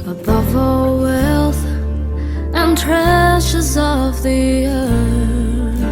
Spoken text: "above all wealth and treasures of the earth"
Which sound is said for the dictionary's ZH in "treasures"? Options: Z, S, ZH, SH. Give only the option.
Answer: SH